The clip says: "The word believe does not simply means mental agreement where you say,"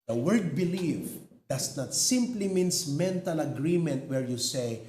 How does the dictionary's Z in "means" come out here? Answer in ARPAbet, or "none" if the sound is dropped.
S